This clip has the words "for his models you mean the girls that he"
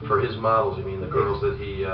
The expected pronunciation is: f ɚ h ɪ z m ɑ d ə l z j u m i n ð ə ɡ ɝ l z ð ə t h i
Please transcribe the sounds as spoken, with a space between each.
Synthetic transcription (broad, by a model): f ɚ ɪ z m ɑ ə l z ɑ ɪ m i n ð ə ɡ ɝ l z ð ə t h i